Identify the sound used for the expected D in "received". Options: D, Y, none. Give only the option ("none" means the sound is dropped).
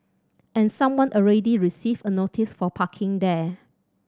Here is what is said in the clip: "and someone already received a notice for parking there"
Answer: none